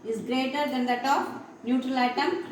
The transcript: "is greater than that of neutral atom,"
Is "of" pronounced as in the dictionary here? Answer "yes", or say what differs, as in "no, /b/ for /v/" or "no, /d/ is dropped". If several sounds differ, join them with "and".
no, /p/ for /v/